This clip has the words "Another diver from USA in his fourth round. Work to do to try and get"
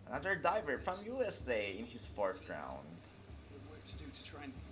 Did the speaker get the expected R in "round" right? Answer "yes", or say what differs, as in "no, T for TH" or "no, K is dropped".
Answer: yes